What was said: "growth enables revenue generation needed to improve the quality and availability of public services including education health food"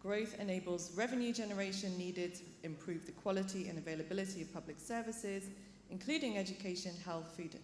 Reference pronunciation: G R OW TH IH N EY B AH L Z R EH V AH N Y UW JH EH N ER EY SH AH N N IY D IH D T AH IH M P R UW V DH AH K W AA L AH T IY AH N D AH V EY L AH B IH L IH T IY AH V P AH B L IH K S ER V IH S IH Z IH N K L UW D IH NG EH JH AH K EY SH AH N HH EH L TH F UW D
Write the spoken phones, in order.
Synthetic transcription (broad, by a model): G R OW TH IH N EY B AH L Z R EH V AH N Y UW JH EH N ER EY SH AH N N IY D IH D T AH IH M P R UW V DH AH K W AA L AH T IY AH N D AH V EY L AH B IH L IH T IY AH V P AH B L IH K S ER V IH S IH Z IH N K L UW D IH NG EH JH AH K EY SH AH N HH EH L TH F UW D